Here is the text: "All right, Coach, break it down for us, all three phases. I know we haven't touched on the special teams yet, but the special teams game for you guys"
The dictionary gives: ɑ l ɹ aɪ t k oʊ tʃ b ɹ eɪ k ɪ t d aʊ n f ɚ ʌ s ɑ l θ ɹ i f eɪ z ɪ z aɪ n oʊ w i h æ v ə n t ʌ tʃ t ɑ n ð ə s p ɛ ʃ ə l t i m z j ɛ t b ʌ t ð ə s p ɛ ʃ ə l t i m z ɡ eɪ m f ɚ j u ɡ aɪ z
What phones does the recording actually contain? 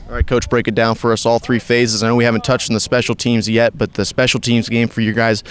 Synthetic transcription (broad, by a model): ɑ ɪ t k oʊ tʃ b ɹ eɪ k ɪ t d aʊ n f ɚ ʌ s ɑ l θ ɹ i f eɪ z ɪ z aɪ n oʊ w i h æ v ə n t ʌ tʃ t n ð ə s p ɛ ʃ l t i m z j ɛ t b ʌ t ð ə s p ɛ ʃ l t i m z ɡ eɪ m f ɚ j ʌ ɡ aɪ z